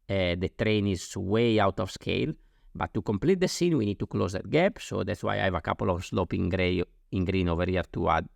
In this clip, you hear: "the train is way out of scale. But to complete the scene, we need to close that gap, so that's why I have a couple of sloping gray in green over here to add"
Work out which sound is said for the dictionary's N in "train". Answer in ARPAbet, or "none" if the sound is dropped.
N